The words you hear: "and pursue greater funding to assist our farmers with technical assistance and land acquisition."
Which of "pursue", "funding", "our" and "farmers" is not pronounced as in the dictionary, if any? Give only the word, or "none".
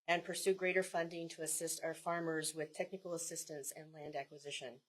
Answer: none